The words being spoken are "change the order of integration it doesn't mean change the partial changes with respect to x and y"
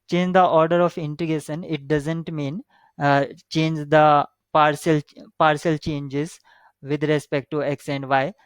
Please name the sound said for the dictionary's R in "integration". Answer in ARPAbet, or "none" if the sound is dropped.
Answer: none